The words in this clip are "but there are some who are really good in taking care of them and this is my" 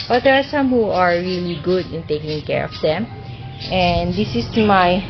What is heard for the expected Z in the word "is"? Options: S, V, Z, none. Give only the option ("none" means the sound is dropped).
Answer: S